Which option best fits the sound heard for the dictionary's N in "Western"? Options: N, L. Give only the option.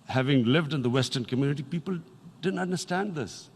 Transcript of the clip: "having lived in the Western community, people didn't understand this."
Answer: N